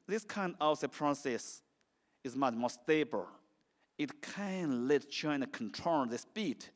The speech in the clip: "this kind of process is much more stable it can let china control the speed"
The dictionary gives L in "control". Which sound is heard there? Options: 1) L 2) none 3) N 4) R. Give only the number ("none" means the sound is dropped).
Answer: 3